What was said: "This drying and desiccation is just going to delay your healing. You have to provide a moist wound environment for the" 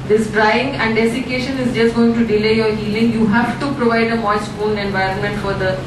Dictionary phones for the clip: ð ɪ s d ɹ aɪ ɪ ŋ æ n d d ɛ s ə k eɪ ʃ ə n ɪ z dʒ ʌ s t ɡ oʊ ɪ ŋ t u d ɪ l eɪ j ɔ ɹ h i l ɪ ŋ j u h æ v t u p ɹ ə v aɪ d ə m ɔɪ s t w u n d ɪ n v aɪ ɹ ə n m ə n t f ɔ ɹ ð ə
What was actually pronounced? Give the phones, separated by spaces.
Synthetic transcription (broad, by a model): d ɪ s d ɹ aɪ ɪ ŋ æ n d d ɛ s ə k eɪ ʃ ə n ɪ z dʒ ʌ s t ɡ oʊ ɪ ŋ t u d ɪ l eɪ j ɔ ɹ h i l ɪ ŋ j u h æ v t u p ɹ ə v aɪ d ə m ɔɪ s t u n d ɪ n v aɪ ɹ ə n m ə n t f ɔ ɹ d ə